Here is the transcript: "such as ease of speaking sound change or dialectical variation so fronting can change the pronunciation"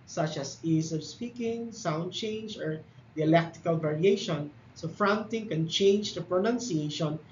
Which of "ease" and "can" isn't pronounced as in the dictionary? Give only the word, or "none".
ease